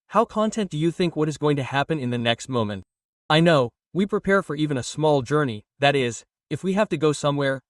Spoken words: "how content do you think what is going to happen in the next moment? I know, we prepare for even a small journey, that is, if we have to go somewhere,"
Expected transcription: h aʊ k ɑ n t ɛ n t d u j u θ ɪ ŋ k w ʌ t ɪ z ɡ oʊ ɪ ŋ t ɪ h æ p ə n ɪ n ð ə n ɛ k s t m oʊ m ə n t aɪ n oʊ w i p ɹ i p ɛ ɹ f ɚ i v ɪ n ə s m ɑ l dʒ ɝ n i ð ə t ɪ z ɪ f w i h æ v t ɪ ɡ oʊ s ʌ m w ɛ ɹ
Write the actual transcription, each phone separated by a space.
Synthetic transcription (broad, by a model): h aʊ k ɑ n t ɛ n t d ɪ j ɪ θ ɪ ŋ k w ʌ t ɪ z ɡ oʊ ɪ ŋ t ɪ h æ p ə n ɪ n ð ə n ɛ k s t m oʊ m ə n t aɪ n oʊ w i p ɹ i p ɛ ɹ f ɚ i v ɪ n ə s m ɑ l dʒ ɝ n i ð ə t ɪ z ɪ f w i h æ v t ɪ ɡ oʊ s ʌ m w ɛ ɹ